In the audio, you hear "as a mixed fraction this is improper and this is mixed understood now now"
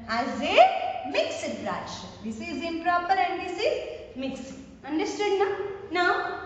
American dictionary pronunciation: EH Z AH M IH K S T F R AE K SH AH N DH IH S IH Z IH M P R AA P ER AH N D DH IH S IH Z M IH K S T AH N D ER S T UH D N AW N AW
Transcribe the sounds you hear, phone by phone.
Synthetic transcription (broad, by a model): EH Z AH M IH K S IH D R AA SH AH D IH S IH Z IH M P R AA P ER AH N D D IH S IH Z M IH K S AH N D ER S T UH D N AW N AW